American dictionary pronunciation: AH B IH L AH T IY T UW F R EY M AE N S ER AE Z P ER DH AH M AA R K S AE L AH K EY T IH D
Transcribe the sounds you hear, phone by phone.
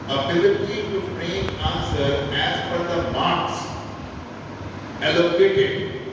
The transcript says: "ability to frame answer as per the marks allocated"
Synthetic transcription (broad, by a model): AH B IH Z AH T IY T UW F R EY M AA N S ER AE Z F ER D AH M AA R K S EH L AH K EY T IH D